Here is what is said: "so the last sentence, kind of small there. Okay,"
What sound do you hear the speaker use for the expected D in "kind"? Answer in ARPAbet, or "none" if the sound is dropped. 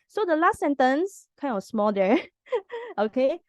none